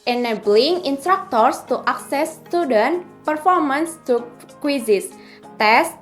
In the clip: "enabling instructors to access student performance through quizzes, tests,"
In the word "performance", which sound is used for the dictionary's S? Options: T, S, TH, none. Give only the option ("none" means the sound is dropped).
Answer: S